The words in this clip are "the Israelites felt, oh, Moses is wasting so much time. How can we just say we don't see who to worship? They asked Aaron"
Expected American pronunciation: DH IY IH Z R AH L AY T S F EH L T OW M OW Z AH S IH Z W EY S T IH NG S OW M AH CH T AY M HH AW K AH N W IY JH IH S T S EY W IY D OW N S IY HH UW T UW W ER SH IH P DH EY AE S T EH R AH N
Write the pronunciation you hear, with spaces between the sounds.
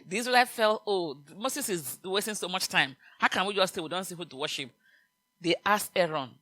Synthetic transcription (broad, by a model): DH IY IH S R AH L AY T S F EH L T OW M OW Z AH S IH Z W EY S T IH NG S OW M AH CH T AY M HH AW K AH N W IY JH IH S T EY W IY D OW N S IY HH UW T UW W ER SH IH P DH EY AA S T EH R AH N